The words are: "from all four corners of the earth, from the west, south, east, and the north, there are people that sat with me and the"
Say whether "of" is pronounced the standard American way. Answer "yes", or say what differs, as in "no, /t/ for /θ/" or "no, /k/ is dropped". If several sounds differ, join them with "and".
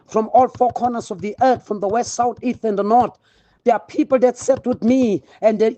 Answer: yes